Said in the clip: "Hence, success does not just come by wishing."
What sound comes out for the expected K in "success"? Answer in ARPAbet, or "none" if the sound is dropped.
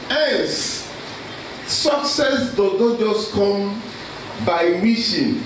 K